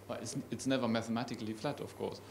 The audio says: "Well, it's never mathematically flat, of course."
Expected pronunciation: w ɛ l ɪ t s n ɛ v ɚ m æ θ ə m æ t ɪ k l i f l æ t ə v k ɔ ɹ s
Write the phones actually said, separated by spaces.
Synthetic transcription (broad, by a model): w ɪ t ɪ t s n ɛ v ɚ m æ θ ə m æ t ɪ k l i f l æ t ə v k ɔ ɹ s